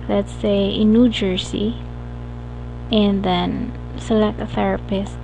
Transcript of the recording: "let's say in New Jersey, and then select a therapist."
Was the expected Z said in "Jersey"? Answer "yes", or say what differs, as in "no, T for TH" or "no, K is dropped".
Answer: no, S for Z